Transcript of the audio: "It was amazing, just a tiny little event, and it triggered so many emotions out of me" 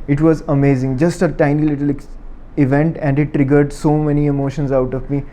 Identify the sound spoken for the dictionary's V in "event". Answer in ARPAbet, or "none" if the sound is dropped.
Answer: V